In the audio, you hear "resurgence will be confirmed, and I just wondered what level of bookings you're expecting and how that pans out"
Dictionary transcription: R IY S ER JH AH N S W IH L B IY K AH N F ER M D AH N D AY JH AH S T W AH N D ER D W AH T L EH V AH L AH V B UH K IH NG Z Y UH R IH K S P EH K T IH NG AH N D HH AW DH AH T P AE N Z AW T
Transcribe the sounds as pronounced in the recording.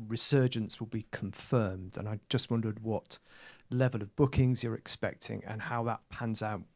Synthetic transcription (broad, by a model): R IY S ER JH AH N S W IH L B IY K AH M F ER M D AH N AY JH AH S T W AH N D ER D W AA T L EH V AH L AH V B UH K IH NG Z Y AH R IH K S P EH K T IH NG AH N HH AW DH AH T P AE N Z AW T